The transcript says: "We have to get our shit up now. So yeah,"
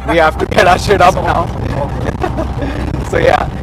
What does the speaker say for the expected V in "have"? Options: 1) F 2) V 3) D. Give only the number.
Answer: 1